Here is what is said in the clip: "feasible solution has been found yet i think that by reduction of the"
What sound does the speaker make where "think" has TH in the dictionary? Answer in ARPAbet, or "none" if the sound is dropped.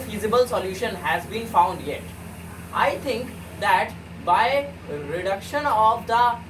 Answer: T